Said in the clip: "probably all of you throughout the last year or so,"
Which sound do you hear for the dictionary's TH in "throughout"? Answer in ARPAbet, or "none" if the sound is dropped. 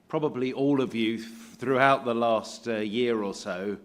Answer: TH